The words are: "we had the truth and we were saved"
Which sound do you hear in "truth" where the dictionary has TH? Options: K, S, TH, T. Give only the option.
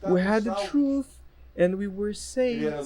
TH